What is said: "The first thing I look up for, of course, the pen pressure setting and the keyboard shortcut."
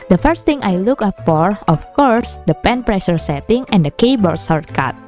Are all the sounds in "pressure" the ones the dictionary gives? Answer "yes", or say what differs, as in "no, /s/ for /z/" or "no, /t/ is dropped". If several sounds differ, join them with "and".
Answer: yes